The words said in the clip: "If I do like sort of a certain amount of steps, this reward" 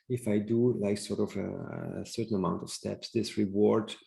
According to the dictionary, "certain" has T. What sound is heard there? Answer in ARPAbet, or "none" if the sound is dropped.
T